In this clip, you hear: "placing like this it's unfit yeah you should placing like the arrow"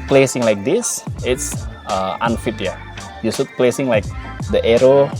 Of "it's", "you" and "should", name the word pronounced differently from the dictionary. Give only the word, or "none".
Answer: should